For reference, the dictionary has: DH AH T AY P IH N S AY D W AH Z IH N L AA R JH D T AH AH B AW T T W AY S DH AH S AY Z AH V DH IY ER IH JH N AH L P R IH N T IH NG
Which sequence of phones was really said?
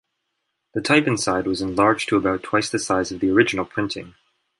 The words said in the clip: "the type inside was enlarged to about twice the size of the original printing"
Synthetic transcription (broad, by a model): DH AH T AY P IH N S AY D W AH Z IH N L AA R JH T AH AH B AW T T W AY S DH AH S AY Z AH V DH IY ER IH JH N L P R IH N T IH NG